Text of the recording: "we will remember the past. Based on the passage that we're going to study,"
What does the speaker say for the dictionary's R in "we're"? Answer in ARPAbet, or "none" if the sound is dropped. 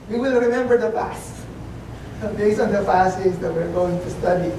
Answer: R